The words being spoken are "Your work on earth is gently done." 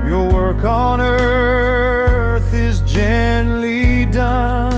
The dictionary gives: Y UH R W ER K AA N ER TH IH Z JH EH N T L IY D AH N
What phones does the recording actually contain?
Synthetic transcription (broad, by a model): Y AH R W ER K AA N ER TH IH Z JH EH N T L IY D AH N